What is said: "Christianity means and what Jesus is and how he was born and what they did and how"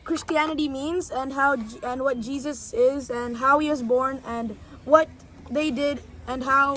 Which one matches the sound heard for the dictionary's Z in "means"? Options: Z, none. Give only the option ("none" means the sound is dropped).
Z